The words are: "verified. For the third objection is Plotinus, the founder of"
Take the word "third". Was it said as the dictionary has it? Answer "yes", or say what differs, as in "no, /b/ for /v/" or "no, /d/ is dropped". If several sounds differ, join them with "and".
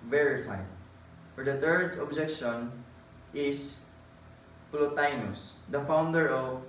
no, /t/ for /θ/